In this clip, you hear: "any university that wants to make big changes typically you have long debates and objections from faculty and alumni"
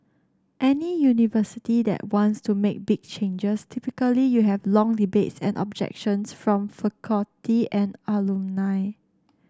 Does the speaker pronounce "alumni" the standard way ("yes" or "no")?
no